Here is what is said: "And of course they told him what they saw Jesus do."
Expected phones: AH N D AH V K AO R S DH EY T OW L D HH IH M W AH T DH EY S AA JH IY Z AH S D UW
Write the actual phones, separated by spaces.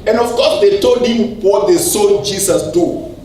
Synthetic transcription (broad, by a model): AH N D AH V K AO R S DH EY T OW L D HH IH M W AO T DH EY S AA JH IY S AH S D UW